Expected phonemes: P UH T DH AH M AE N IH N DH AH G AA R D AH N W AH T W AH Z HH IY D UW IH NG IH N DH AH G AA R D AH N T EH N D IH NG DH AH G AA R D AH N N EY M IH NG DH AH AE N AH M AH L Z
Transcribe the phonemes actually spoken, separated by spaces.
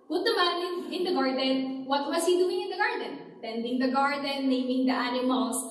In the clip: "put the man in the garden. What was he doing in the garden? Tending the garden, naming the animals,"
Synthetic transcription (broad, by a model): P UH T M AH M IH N IH N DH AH G AA R D AH N W AH T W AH S HH IY D UW IH NG IH N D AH G AA R D AH N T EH N D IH NG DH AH G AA R D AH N N EY M IH NG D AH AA N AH M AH L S